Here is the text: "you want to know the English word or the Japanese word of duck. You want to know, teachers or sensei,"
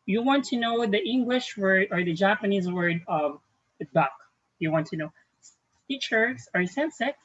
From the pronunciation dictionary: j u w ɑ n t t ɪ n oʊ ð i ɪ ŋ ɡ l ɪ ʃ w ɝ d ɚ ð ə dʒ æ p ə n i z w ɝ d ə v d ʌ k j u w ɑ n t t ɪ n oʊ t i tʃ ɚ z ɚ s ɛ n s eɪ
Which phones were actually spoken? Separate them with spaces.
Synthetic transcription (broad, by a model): j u w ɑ n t t ɪ n oʊ ð i ɪ ŋ ɡ l ɪ ʃ w ɝ d ɚ ð ə dʒ æ p ə n i z w ɝ d ə v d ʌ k j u w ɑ n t t ɪ n oʊ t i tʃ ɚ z ɚ s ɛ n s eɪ